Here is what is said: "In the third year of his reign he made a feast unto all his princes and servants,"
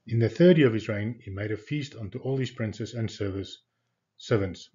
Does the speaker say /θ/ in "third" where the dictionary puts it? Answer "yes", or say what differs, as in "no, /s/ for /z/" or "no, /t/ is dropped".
yes